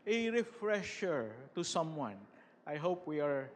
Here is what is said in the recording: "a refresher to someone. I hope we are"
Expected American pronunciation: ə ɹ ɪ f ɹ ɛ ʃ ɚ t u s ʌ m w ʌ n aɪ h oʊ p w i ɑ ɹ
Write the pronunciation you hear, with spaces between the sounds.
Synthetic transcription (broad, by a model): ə ɹ ɪ f ɹ ɛ ʃ ɚ t u s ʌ m w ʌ n aɪ h oʊ p w i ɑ ɹ